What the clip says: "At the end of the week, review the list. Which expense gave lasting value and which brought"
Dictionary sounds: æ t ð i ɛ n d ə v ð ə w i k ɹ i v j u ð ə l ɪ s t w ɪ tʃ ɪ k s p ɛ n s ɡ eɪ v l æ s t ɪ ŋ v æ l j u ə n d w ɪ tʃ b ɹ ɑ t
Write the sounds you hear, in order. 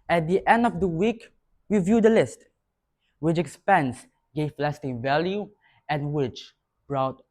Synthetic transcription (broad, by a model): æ t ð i ɛ n d ə v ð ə w i k w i v j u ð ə l ɪ s t w ɪ tʃ ɪ k s p ɛ n s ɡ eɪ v l æ s t ɪ ŋ v æ l j u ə n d w ɪ tʃ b ɹ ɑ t